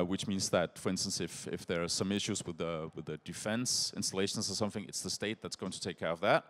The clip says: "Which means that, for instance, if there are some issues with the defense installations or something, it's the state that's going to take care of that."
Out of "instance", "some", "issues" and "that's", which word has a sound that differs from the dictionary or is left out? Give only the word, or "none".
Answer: none